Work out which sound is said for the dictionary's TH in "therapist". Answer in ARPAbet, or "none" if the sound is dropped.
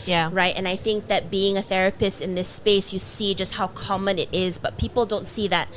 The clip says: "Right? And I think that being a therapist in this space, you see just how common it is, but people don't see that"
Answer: TH